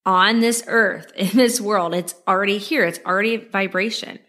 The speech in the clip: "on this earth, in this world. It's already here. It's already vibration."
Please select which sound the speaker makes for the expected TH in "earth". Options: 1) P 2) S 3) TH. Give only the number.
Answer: 3